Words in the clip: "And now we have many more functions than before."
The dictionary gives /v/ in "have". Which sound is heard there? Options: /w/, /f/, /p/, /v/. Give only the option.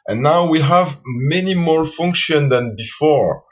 /v/